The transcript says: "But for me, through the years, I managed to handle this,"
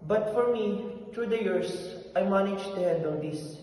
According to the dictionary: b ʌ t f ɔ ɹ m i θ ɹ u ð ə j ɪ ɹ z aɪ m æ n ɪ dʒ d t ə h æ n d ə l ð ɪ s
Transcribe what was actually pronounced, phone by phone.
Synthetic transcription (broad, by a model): b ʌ t f ɔ ɹ m i t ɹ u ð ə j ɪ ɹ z aɪ m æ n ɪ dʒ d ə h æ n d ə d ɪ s